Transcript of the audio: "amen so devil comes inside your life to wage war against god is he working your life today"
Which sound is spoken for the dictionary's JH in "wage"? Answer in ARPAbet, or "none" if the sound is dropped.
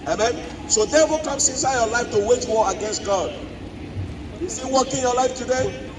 CH